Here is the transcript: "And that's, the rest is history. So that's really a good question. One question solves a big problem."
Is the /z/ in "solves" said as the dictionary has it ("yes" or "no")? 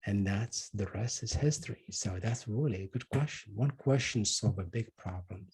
no